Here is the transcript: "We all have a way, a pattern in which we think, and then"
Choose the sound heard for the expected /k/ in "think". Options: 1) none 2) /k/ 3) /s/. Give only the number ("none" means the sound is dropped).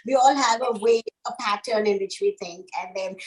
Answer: 2